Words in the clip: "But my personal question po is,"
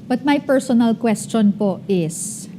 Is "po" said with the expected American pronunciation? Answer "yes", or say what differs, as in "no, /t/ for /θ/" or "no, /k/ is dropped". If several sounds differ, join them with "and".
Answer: yes